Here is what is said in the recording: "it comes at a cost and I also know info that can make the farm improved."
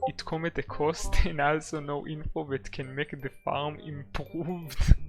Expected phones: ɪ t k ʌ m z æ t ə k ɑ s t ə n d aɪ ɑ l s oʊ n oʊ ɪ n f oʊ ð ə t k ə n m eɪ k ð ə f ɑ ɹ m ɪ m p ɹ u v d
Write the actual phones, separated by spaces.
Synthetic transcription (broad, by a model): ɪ t k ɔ m i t ə k ɑ s t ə n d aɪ ɑ l s oʊ n oʊ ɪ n f oʊ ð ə t k ə n m eɪ k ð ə f ɑ ɹ m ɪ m p ɹ u v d